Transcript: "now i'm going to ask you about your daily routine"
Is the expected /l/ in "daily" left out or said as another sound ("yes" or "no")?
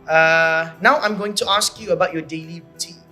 no